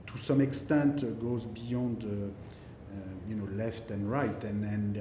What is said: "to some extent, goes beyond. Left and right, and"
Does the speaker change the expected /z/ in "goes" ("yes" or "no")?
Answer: no